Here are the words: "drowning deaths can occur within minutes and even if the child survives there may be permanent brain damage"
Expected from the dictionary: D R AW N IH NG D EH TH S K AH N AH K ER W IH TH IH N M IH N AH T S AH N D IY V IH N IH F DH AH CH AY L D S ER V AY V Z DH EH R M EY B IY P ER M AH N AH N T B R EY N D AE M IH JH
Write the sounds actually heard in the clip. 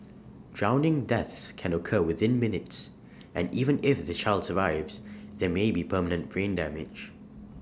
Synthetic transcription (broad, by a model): D R AW N IH NG D EH TH S K AH N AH K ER W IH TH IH N M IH N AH T S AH N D IY V IH N IH F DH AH CH AY L D S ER V AY V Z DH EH M EY B IY P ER M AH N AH N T B R EY N D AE M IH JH